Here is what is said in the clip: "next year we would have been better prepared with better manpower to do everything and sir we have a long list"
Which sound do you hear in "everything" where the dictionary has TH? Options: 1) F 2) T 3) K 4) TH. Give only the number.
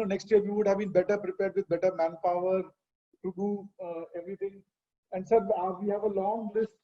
2